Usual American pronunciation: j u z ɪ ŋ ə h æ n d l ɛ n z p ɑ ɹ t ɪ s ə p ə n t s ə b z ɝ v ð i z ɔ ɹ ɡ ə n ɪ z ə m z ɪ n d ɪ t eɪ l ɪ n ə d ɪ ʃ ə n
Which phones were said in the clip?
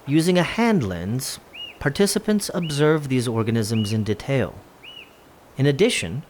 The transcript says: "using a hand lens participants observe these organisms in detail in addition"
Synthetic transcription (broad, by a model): j u z ɪ ŋ ə h æ n d l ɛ n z p ɑ ɹ t ɪ s ə p ə n t s ə b z ɝ v ð i z ɔ ɹ ɡ ə n ɪ z ə m z ɪ n d ɪ t eɪ l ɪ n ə d ɪ ʃ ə n